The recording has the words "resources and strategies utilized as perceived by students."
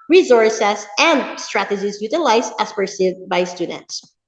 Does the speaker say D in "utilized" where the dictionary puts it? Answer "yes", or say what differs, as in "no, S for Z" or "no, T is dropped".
no, D is dropped